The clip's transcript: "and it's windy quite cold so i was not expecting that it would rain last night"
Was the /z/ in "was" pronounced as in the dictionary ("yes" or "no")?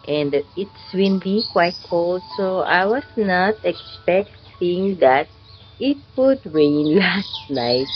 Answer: no